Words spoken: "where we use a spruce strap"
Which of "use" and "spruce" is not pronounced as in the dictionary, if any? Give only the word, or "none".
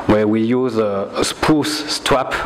spruce